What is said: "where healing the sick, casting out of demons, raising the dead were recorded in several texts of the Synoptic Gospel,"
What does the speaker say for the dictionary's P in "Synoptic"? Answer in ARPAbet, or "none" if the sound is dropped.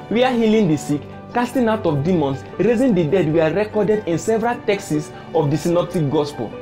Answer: P